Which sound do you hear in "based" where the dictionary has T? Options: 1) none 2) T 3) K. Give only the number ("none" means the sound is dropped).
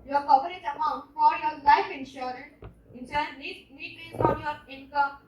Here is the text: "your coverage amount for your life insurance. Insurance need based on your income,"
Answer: 1